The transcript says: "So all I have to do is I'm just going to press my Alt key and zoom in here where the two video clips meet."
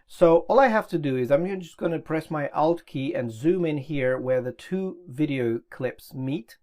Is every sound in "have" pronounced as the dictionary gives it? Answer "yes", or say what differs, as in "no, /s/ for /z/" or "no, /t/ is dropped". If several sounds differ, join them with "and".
no, /f/ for /v/